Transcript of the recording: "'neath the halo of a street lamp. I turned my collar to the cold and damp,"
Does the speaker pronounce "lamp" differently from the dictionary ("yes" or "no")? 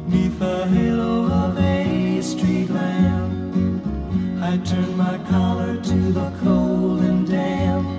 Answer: yes